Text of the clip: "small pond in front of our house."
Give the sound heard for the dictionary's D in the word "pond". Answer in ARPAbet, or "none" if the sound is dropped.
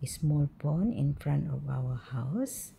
none